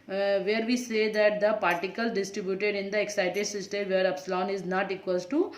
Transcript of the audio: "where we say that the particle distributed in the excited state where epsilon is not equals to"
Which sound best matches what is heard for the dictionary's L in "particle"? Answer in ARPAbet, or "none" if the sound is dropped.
L